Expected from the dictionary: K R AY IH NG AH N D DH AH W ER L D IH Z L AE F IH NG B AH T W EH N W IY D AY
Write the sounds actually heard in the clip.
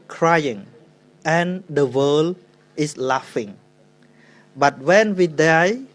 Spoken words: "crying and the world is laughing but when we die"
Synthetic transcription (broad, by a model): K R AY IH NG AH N D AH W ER L IH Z L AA F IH NG B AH T W EH N W IY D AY